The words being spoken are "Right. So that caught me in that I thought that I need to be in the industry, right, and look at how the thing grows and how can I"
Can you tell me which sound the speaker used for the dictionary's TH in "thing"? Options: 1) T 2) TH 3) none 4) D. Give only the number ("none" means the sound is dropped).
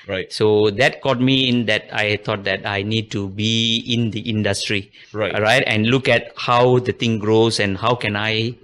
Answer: 1